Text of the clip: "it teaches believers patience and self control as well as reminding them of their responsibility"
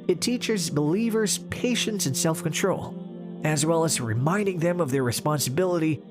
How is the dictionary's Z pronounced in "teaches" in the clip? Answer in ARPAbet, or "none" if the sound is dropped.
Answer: Z